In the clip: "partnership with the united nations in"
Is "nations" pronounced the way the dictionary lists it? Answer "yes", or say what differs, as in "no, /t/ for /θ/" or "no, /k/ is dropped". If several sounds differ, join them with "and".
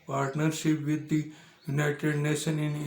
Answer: no, /z/ is dropped